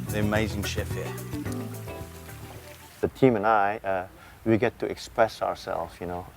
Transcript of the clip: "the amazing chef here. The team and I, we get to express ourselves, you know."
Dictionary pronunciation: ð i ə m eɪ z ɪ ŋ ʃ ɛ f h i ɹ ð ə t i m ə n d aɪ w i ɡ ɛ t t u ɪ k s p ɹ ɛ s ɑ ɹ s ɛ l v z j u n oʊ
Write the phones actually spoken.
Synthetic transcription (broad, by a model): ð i ə m eɪ z ɪ ŋ ʃ ɛ f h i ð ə t i m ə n aɪ w i ɡ ɛ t t u ɪ k s p ɹ ɛ s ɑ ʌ s ɛ l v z j u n oʊ